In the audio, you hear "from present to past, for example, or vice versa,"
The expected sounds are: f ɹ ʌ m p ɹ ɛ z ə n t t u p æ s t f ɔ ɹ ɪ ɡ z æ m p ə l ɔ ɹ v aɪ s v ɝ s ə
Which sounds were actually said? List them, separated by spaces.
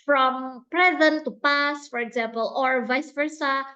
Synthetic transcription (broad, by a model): f ɹ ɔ m p ɹ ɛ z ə n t t u p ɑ s f ɔ ɹ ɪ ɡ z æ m p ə l ɔ ɹ v aɪ s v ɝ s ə